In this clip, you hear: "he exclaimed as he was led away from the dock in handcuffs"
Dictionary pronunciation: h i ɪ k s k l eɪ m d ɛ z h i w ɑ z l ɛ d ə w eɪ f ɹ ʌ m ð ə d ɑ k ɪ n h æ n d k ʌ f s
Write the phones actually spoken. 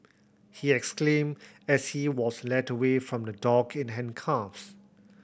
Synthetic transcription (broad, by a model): h i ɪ k s k l eɪ m ɛ s h i w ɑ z l ɛ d ə w eɪ f ɹ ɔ m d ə d ɑ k ɪ n h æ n k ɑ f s